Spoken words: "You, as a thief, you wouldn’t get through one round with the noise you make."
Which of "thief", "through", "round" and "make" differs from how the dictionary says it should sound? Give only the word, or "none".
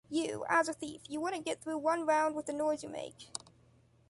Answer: none